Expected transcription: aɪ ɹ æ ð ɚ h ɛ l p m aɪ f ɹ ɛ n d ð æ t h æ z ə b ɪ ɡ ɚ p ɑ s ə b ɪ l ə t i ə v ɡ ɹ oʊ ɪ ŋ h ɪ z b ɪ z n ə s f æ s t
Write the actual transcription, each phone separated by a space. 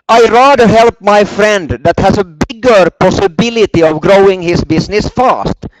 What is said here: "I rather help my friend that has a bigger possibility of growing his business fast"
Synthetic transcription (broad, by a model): aɪ ɹ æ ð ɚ h ɛ l p m aɪ f ɹ ɛ n d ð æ t h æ s ə b ɪ ɡ ɚ p ɑ s ə b ɪ l ə t i ə v ɡ ɹ oʊ ɪ ŋ h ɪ s b ɪ s n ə s f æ s t